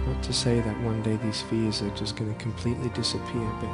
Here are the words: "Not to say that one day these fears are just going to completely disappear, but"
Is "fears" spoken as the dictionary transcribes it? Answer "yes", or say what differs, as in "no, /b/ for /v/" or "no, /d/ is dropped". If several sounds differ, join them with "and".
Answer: yes